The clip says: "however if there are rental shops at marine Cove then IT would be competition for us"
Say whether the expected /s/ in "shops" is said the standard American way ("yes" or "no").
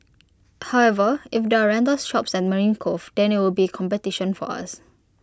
yes